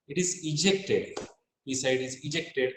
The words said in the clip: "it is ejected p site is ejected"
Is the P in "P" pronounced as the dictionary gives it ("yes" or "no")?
no